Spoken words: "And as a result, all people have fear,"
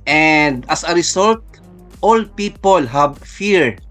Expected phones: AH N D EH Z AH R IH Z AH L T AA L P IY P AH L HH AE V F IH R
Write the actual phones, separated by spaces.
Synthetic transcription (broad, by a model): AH N D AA S AH R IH S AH L T AA L P IY P AH L HH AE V F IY R